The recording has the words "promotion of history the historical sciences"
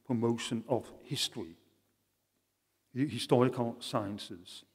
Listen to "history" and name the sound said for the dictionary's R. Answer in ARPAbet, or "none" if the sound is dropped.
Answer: none